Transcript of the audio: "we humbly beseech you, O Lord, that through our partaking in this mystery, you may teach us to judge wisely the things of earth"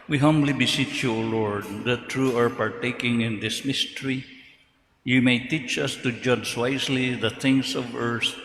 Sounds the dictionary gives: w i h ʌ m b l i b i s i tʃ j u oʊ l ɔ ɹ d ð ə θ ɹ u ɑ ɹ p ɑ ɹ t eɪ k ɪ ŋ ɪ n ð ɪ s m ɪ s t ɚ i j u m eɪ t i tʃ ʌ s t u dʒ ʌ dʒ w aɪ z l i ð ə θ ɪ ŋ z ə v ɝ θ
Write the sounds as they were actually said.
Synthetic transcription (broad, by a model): w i h ʌ m b l i b i s i tʃ j u oʊ l ɔ ɹ d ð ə t ɹ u ɑ ɹ p ɑ ɹ t eɪ k ɪ ŋ ɪ n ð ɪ s m ɪ s t ɚ i j u m eɪ t i tʃ ʌ s t u dʒ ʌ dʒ w aɪ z l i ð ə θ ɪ ŋ s ə v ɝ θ